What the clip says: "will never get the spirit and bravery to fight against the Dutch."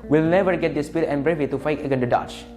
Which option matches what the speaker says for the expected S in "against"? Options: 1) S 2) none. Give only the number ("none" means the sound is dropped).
2